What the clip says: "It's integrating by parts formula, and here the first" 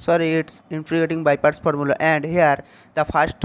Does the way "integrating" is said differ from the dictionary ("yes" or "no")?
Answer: yes